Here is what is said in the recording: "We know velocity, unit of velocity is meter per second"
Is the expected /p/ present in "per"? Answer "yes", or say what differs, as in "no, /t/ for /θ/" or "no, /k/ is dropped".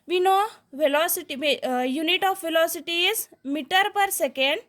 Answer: yes